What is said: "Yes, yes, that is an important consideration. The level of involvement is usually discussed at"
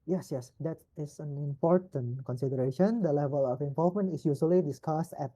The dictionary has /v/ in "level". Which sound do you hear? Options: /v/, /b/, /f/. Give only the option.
/v/